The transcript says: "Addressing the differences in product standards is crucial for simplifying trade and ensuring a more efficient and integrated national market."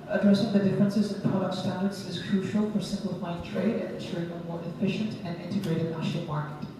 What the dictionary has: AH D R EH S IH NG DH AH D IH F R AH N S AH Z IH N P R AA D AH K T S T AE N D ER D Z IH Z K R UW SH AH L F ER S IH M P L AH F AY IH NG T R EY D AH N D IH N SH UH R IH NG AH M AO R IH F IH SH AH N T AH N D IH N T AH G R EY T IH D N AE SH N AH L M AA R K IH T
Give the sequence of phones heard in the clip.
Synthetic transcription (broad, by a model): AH D R EH S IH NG DH AH D IH F R AH N S AH Z IH N P R AA D AH K T S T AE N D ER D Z IH Z K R UW SH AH L F ER S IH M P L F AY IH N T R EY D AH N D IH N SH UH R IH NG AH M AO R IH F IH SH AH N T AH N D IH N T AH G R EY T IH D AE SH AH M AA R K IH T